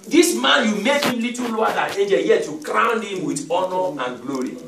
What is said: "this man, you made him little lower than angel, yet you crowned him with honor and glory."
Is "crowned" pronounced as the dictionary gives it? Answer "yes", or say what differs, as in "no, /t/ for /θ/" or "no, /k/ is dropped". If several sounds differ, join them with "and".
yes